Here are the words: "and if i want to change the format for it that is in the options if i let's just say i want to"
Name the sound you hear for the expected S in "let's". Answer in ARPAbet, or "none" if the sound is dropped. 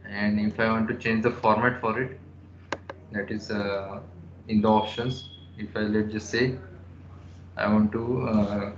none